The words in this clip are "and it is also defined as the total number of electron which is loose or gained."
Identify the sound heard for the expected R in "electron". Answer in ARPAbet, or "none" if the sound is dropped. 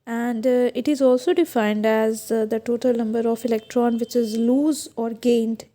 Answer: R